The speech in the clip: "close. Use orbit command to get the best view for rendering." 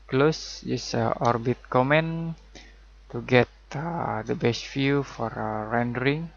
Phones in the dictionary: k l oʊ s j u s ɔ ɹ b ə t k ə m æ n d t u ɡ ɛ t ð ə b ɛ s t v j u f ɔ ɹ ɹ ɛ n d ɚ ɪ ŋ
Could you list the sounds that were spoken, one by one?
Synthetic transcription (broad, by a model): k l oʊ s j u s ɔ ɹ b ə t k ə m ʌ n t u ɡ ɛ t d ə b ɛ s t f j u f ɔ ɹ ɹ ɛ n d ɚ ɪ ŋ